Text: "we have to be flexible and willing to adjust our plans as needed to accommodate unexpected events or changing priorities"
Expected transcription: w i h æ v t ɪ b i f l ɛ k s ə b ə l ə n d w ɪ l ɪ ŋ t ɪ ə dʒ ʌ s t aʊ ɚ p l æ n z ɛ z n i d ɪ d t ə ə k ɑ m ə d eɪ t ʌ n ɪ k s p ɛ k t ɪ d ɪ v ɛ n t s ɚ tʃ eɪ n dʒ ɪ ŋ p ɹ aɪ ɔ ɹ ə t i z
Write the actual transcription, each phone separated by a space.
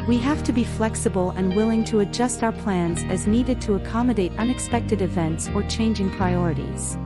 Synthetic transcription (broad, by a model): w i h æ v t ɪ b i f l ɛ k s ə b ə l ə n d w ɪ l ɪ ŋ t ɪ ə dʒ ʌ s t aʊ ɚ p l æ n z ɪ z n i d ɪ d t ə ə k ɑ m ə d eɪ t ʌ n ɪ k s p ɛ k t ɪ d ɪ v ɛ n t s ɚ tʃ eɪ n dʒ ɪ ŋ p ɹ aɪ ɔ ɹ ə t i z